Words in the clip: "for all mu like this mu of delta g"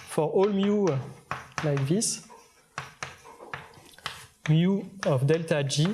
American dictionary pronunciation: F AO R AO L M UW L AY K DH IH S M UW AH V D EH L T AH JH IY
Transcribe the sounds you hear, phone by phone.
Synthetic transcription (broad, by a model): F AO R AO L M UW L AY K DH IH S M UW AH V D EH L T AH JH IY